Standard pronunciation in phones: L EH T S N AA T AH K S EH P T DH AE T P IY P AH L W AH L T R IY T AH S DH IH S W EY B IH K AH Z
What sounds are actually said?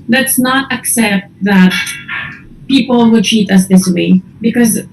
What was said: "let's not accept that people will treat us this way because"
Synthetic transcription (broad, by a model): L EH T S N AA T AH K S EH P T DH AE T P IY P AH L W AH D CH IY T AH S DH IH S W EY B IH K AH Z